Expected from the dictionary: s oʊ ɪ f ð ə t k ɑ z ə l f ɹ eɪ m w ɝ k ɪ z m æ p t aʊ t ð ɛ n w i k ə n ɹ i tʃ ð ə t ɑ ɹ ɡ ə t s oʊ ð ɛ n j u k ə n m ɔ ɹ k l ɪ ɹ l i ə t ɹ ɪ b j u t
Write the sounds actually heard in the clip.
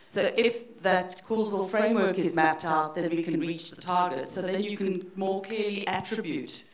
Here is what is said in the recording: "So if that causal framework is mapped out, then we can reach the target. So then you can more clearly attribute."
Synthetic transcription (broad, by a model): s oʊ ɪ f ð ə t k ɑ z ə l f ɹ eɪ m w ɝ k ɪ z m æ p t aʊ t ð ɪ n w i k ə n ɹ i tʃ ð ə t ɑ ɹ ɡ ə t s oʊ ð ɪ n j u k ə n m ɔ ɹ k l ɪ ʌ l i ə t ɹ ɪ b j u t